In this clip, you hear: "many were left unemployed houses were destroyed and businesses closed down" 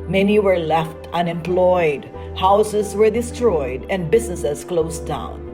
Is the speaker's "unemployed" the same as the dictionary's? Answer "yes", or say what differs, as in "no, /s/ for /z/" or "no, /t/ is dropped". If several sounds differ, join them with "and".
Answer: yes